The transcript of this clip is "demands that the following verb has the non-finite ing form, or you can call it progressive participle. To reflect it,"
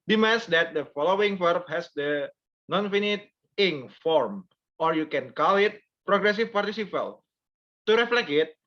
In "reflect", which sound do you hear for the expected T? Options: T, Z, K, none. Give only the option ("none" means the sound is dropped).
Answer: none